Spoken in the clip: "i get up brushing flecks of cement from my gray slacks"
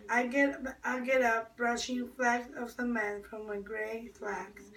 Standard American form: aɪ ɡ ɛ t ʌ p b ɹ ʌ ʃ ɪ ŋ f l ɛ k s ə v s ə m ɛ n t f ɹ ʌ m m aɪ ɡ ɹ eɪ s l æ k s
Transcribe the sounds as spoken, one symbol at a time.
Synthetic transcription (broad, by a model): aɪ ɡ ɛ t ʌ p b ɹ ʌ ʃ ɪ ŋ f l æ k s ə v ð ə m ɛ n f ɹ ʌ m m aɪ ɡ ɹ eɪ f l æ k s